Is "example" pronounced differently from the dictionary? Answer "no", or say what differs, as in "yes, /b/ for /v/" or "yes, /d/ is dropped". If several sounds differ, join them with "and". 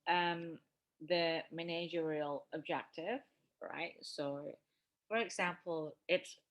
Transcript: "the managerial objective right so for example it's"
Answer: no